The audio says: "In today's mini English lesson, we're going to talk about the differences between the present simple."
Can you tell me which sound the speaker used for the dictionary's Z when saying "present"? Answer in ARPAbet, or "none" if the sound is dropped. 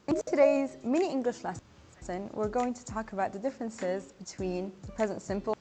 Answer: Z